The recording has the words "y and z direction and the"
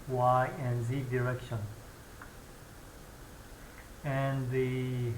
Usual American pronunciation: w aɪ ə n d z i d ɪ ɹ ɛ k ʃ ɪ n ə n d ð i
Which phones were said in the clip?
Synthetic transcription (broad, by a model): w aɪ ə n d z i d ɪ ɹ ɛ k ʃ ɪ n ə n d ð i